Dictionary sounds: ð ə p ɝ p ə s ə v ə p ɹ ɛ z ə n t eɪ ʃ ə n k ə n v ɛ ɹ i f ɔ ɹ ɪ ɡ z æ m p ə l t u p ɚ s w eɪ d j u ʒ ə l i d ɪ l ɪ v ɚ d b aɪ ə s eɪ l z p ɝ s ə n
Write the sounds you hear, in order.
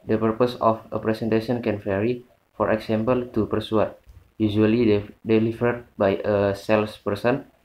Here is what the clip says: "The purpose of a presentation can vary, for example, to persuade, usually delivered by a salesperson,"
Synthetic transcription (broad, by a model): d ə p ɝ p ə s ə f ə p ɹ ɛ s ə n t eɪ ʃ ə n k ə n f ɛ ɹ i f ɔ ɹ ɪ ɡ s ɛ m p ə l t u p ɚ s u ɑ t j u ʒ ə l i d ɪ l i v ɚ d b aɪ ə s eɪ l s p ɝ s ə n